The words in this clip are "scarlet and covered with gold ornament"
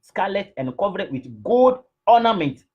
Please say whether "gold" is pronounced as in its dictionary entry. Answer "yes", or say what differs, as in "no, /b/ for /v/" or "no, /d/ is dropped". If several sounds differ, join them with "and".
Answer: no, /l/ is dropped